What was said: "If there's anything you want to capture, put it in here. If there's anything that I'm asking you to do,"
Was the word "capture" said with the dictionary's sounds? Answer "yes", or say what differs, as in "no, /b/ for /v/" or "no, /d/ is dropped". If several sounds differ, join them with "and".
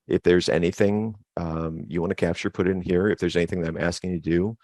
yes